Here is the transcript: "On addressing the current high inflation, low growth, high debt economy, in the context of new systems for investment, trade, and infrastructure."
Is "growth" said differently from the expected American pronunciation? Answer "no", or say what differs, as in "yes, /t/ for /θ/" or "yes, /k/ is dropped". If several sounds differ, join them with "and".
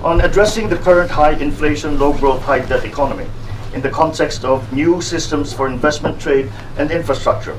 yes, /t/ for /θ/